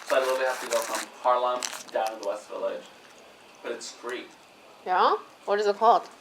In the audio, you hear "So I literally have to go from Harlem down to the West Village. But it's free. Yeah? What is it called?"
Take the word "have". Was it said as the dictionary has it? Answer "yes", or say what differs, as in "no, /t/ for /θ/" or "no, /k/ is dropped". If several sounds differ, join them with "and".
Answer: no, /f/ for /v/